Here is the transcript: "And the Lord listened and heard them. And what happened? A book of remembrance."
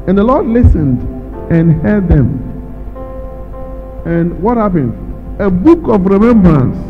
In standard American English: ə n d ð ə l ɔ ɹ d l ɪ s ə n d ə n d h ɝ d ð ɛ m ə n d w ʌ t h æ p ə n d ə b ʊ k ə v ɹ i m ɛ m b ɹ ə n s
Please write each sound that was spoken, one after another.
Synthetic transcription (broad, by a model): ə n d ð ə l ɔ d l ɪ s ə n d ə n h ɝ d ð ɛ m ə n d w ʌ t h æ p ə n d ə b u k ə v ɹ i m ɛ m b ɹ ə n s